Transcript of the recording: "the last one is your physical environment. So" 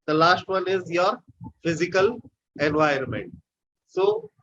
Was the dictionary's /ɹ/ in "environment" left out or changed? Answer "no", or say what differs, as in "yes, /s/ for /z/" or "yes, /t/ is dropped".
yes, /ɹ/ is dropped